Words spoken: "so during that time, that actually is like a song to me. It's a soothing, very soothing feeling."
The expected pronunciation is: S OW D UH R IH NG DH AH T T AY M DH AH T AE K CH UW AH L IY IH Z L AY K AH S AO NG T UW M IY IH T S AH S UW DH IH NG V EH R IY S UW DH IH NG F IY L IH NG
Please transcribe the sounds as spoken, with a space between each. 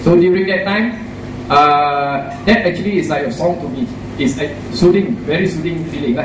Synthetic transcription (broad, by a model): S OW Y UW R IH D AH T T AY M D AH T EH K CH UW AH L IY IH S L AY AH S AO NG T UW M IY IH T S AH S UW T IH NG V EH R IY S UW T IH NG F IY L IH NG